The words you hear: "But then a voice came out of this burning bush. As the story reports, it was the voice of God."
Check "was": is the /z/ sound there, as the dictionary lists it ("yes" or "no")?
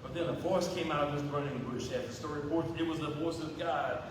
yes